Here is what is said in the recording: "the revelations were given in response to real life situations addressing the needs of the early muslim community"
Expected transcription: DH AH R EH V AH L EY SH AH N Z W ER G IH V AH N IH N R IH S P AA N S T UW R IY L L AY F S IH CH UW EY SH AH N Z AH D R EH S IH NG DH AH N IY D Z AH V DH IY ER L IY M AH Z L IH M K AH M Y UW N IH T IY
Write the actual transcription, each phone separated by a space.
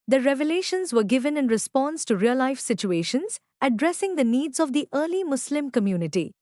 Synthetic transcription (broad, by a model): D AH R EH V AH L EY SH AH N Z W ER G IH V AH N IH N R IH S P AA N S T UW R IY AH L AY F S IH CH UW EY SH AH N Z AH D R EH S IH NG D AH N IY D Z AH V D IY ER L IY M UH S L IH M K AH M Y UW N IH T IY